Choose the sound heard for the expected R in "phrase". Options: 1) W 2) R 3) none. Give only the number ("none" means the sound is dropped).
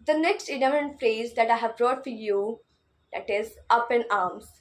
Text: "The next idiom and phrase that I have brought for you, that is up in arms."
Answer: 2